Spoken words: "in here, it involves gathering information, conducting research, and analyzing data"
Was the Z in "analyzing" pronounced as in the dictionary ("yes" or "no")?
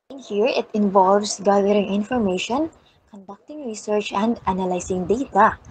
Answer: no